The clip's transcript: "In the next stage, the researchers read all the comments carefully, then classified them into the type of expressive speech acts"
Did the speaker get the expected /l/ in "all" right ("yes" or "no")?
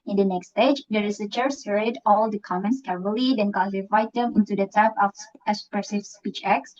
yes